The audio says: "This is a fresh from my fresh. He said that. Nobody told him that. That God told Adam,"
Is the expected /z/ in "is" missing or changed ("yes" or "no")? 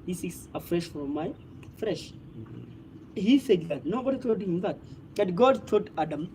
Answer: yes